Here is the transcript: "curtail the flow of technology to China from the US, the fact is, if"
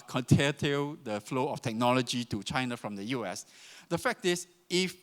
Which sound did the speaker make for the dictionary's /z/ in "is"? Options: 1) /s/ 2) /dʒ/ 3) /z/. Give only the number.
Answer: 1